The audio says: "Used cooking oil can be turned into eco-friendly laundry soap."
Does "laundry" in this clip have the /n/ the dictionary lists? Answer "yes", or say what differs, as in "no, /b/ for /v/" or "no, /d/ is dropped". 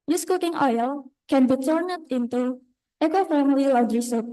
no, /n/ is dropped